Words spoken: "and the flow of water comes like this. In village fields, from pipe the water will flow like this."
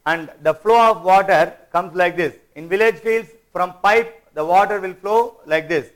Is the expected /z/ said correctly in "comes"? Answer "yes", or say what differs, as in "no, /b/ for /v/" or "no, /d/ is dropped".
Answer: no, /s/ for /z/